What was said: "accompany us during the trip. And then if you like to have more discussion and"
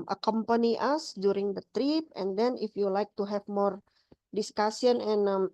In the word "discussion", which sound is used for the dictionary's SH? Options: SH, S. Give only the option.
S